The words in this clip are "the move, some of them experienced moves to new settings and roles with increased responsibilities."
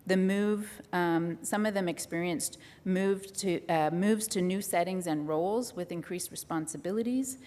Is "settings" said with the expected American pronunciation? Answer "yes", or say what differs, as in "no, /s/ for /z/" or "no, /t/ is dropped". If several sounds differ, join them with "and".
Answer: yes